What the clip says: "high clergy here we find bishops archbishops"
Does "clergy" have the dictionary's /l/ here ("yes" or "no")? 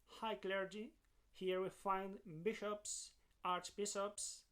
yes